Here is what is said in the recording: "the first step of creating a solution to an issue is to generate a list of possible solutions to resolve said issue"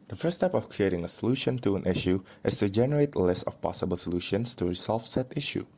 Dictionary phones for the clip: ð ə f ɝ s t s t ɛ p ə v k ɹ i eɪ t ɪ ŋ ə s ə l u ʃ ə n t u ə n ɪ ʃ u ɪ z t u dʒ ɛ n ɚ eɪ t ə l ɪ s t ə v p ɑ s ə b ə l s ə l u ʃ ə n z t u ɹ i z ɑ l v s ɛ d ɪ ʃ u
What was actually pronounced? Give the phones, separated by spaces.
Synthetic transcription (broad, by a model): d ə f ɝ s s t ɛ p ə f k ɹ i eɪ t ɪ ŋ ə s ə l u ʃ ə n t u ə n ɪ ʃ u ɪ s t u dʒ ɛ n ɚ eɪ t ə l ɪ s t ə f p ɑ s ə b ə l s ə l u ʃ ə n s t u ɹ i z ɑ l f s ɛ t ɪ ʃ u